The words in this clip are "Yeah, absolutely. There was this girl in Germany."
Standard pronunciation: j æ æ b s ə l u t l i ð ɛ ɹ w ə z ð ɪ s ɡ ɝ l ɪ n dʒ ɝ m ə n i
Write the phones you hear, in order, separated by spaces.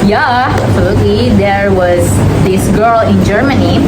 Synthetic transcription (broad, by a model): j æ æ s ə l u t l i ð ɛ ɹ w ə z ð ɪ s ɡ ɝ l ɪ n dʒ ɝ m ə n i